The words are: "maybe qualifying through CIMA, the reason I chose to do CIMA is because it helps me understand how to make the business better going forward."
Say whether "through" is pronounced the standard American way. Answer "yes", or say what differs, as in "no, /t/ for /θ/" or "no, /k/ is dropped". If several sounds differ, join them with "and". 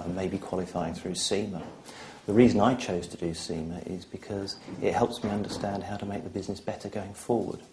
yes